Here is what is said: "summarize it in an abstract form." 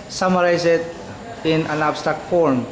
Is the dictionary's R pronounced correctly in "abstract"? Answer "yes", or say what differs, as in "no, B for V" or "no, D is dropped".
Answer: no, R is dropped